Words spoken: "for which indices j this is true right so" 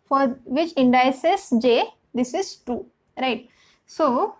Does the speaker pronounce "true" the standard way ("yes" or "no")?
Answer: no